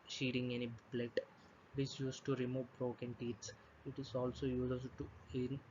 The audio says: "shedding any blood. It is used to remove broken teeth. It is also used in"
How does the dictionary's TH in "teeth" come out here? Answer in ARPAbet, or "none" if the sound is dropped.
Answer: S